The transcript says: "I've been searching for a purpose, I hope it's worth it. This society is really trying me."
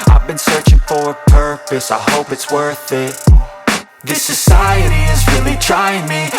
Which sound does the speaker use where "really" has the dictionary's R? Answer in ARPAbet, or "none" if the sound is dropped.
R